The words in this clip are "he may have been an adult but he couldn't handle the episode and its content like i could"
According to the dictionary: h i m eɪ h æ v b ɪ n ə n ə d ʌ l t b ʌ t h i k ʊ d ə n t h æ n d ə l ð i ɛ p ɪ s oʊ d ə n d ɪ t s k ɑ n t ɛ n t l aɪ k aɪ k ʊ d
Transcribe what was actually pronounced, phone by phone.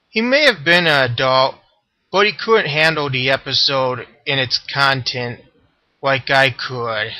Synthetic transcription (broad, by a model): h i m eɪ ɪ v b ɪ n ə n ə d ʌ l t b ʌ t h i k ʊ d n t h æ n d l ð i ɛ p ɪ s oʊ d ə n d ɪ t s k ɑ n t ɛ n t l aɪ k aɪ k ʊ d